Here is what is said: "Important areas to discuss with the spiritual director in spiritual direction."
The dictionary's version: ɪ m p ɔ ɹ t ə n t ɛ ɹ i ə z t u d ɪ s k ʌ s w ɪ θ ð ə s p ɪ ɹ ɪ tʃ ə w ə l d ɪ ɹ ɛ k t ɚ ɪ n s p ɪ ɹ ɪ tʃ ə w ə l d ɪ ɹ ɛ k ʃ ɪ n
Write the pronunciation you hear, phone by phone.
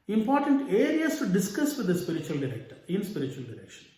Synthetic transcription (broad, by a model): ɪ m p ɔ ɹ t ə n t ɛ ɹ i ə s t u d ɪ s k ʌ s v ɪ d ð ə s p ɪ ɹ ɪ tʃ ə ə l d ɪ ɹ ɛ k t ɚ ɪ n s p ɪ ɹ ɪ tʃ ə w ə l d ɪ ɹ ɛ k ʃ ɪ n